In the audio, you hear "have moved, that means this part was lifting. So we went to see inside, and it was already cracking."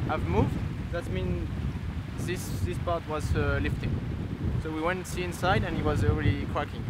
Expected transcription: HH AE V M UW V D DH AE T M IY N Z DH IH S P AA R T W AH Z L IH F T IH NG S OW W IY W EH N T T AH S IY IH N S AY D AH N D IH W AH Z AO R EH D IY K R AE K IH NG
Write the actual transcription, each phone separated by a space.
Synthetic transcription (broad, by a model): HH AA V M UW V D DH AE T M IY N S DH IH S P AA R T W AH Z L IH F T IH NG S OW W IY W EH N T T S IY IH N S AY D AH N IH W AH Z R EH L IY K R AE K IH NG